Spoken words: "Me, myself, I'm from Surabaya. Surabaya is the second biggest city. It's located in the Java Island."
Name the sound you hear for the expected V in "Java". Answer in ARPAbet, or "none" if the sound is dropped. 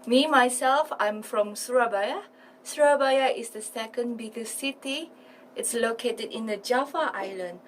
F